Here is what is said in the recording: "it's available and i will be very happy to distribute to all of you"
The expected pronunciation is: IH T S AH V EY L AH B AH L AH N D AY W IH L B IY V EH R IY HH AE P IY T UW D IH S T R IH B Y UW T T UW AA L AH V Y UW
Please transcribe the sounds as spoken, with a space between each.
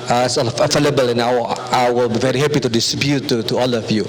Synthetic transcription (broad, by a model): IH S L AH F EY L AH B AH L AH N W AY W IH L B IY V EH R IY HH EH P IY T UW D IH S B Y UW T T UW AA L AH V Y UW